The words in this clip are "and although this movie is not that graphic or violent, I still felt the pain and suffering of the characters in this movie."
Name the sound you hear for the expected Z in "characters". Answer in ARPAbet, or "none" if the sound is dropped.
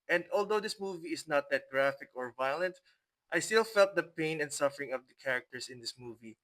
S